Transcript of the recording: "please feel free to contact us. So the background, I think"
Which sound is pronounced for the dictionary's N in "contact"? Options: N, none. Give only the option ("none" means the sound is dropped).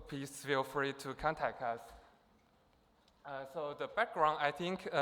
N